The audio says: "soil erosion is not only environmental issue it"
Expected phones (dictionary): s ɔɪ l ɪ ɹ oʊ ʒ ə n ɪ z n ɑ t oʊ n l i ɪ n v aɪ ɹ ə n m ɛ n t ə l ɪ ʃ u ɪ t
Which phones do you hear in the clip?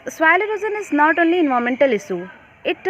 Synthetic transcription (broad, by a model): s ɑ l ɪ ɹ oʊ z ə n ɪ z n ɑ t oʊ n l i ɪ n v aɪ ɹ m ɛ n t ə l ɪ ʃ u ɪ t